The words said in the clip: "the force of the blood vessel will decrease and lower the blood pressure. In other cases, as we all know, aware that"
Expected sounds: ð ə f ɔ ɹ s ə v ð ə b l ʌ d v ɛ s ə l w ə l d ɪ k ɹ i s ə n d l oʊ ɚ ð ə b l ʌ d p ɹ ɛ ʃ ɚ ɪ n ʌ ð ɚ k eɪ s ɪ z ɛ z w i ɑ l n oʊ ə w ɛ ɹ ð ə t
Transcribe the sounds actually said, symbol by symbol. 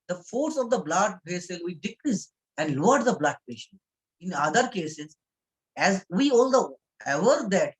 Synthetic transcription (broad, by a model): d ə f ɔ ɹ s ə v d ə b l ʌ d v ɛ s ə l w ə d ɪ k ɹ i s ə n d l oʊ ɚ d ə b l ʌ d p ɛ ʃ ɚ ɪ n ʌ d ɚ k eɪ s ɪ z ɛ z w i ɑ l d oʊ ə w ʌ ɹ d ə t